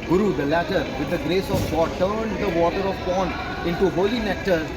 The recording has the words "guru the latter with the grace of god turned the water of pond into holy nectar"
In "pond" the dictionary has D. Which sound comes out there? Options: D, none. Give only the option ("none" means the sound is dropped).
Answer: none